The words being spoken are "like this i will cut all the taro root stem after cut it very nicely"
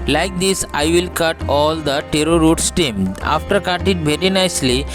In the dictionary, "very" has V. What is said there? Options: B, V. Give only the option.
V